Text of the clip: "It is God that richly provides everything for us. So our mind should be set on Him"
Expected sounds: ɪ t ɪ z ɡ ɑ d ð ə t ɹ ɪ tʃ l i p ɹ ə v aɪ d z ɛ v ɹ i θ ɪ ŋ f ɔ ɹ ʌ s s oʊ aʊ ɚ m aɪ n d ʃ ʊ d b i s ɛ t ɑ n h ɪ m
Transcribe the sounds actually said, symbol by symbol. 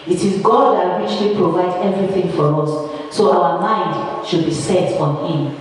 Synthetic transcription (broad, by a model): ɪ t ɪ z ɡ ɑ d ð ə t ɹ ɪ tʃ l i p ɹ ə v aɪ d ɛ v ɹ i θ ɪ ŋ f ɔ ɹ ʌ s s oʊ aʊ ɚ m aɪ n d ʃ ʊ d b i s ɛ t ɑ n h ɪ m